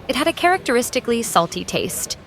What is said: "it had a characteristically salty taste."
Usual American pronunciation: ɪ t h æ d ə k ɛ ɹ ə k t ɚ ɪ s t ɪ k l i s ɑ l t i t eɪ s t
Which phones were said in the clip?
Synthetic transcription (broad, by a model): ɪ t h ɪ d ə k ɛ ɹ ə k t ɚ ɪ s t ɪ k l i s ɑ l t i t eɪ s t